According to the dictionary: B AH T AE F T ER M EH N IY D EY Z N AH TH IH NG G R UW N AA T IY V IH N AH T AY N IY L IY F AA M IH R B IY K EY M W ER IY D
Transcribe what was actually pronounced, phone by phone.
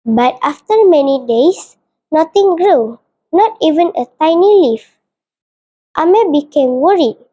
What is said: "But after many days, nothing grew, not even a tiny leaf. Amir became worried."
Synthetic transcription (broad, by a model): B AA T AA F T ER M EH N IY D EY S N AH T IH NG G R UW N AA T IY V IH N AH T AY N IY L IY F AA M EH B IY K EY M W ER IY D